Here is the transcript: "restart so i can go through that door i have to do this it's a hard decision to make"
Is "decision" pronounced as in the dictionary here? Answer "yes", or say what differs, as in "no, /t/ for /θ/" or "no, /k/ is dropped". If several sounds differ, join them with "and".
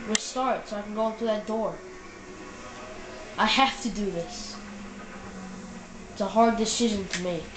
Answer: yes